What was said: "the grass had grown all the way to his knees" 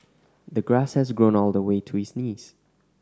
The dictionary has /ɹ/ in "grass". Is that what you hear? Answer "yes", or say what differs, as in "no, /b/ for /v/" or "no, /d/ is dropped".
yes